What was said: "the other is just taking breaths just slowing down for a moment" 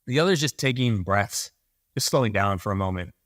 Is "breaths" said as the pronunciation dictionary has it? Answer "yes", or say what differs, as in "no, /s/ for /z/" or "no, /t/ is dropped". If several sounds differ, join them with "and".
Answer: yes